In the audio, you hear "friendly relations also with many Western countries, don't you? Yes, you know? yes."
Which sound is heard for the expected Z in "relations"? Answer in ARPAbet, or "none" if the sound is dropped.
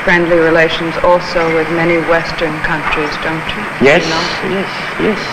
Z